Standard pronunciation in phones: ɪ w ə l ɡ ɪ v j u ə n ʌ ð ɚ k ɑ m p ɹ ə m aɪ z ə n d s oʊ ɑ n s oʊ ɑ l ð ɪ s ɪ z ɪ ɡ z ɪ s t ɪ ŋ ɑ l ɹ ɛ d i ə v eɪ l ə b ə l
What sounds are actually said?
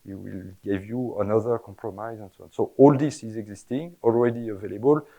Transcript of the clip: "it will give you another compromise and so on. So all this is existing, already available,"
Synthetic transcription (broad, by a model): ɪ w ə l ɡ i v j u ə n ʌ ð ɚ k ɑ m p ɹ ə m aɪ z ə n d s oʊ ɑ n s oʊ ɑ l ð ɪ s ɪ z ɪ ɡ z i s t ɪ ŋ ɑ l ɹ ɛ d i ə v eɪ l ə b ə l